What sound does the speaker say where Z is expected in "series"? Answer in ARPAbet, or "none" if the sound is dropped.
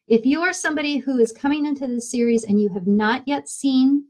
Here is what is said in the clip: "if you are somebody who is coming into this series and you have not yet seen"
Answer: Z